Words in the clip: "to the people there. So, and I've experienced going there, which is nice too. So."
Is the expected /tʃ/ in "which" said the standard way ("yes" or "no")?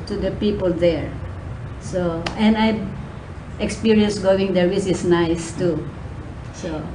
no